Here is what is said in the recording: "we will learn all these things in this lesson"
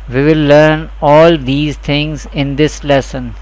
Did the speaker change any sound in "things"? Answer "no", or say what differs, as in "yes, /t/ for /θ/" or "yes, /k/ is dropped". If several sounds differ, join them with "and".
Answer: yes, /t/ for /θ/